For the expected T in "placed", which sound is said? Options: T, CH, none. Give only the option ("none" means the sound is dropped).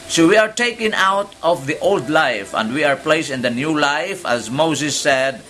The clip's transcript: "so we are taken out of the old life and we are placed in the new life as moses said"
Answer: none